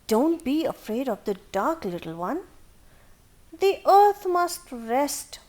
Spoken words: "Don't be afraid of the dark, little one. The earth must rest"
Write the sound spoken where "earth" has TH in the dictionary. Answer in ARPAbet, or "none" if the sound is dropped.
T